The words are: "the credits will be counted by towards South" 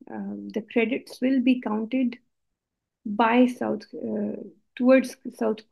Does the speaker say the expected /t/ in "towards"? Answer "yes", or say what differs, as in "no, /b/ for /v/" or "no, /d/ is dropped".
no, /s/ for /t/